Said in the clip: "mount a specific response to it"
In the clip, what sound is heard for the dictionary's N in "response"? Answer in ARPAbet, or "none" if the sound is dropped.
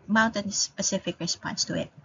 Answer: N